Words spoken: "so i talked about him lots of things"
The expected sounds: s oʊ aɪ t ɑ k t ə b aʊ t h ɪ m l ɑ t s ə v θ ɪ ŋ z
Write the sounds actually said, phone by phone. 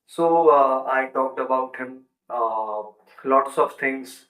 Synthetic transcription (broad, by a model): s oʊ aɪ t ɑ t ə b aʊ t h ɪ m l ɑ t s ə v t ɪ ŋ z